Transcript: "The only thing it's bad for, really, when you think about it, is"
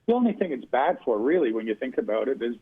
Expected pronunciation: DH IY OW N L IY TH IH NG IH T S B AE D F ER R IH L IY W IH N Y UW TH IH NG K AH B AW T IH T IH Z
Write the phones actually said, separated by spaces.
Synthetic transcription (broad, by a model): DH IY OW N L IY TH IH NG IH T S B AE D F ER R IH L IY W IH N Y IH TH IH NG K AH B AW T IH T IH Z